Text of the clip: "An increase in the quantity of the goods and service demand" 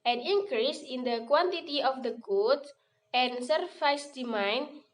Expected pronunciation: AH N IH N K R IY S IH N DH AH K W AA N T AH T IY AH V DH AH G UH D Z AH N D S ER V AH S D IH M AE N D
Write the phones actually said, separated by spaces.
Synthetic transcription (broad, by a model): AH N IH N K R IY S IH N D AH K W AA N T AH T IY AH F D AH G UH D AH N S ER F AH S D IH M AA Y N